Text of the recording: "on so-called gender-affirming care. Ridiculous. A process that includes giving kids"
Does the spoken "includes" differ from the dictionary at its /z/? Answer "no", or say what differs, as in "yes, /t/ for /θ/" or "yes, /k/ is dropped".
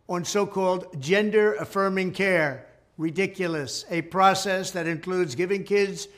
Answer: no